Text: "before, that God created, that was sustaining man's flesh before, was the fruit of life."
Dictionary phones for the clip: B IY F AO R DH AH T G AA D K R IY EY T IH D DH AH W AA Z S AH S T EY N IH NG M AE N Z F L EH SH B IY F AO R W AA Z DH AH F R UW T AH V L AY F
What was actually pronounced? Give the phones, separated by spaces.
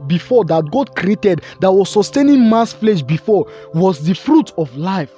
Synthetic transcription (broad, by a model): B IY F AO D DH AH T G AA D K R IY EY T IH D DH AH W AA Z S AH S T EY N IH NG M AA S F L EH SH B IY F AO W AA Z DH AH F R UW T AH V L AY F